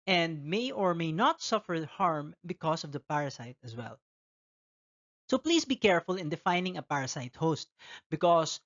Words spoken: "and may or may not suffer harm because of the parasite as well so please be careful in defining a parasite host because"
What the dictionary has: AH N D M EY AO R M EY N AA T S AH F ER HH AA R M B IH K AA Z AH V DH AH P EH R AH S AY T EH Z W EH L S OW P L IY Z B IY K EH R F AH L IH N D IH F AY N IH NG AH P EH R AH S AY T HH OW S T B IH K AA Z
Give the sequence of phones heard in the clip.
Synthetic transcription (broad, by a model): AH N D M EY AO R M EY N AA T S AH F ER HH AA R M B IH K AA S AH V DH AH P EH R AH S AY T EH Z W EH L S OW P L IY S B IY K EH R F AH L IH N D IH F AY N IH NG AH P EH R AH S AY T HH OW S T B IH K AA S